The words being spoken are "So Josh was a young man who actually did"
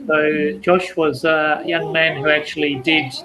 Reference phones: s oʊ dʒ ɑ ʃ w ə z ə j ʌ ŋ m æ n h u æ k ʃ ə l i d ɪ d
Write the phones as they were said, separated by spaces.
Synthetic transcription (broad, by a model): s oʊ dʒ ɑ ʃ w ə z ə j ʌ ŋ m æ n h u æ k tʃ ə l i d ɪ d